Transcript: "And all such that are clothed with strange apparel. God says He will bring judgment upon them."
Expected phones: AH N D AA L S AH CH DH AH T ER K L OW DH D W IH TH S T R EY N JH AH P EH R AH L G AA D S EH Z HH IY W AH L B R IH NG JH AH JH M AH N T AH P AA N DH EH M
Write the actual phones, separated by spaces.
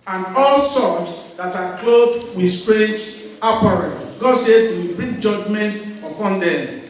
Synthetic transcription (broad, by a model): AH N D AA L S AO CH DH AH T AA K L OW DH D W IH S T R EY JH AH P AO R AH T G AA D S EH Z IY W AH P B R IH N JH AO JH M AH N T AH P AA N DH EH M